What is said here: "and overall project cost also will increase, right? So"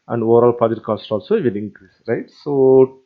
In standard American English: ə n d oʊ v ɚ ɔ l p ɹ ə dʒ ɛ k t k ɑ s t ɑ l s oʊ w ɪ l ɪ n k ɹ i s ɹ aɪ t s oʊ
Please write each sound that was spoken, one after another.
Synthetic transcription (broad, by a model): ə n d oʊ v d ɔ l p ə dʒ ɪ t k ɑ s t ɑ l s oʊ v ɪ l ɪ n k ɹ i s ɹ aɪ t s oʊ